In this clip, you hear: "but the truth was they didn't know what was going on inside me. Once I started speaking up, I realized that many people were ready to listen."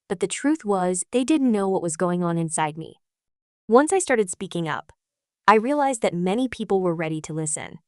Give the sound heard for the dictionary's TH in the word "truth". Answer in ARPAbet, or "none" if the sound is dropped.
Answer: TH